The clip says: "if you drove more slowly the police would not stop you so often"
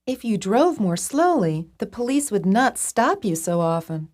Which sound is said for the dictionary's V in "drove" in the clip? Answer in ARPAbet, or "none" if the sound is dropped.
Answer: V